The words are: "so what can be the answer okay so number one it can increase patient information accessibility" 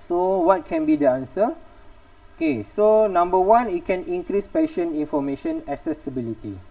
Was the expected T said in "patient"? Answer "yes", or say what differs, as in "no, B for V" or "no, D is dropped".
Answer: no, T is dropped